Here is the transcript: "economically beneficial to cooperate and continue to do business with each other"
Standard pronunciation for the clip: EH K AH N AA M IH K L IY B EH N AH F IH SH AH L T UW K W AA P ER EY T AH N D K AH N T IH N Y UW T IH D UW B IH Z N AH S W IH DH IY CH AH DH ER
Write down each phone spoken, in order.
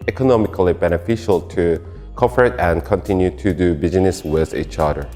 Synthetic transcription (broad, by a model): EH K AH N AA M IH K L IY B EH N AH F IH SH AH L T UW K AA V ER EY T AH N K AH N T IH N Y UW T IH D UW B IH Z N AH S W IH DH IY CH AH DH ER